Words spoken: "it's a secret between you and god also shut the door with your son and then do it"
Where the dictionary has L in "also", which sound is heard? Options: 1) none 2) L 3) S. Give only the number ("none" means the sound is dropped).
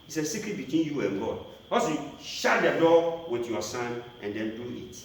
1